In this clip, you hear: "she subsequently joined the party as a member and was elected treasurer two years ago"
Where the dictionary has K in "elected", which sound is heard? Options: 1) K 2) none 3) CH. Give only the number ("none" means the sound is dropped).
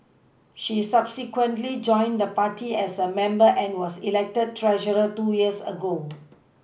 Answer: 1